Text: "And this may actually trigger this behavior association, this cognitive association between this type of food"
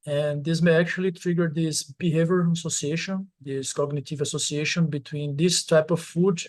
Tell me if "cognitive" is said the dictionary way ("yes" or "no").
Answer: yes